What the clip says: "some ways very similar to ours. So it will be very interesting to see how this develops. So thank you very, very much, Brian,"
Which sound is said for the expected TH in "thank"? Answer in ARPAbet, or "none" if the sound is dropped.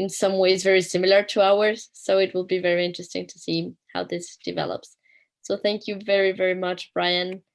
TH